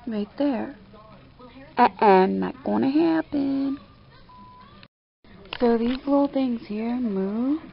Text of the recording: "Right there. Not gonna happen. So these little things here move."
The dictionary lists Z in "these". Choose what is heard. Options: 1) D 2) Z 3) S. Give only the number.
2